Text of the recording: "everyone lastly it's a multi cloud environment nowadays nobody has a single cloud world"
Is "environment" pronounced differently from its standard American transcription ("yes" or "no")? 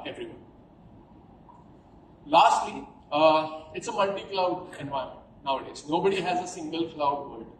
yes